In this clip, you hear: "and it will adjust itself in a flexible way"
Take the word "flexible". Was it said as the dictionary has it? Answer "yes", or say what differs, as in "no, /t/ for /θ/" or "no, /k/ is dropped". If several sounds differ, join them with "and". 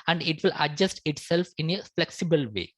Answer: yes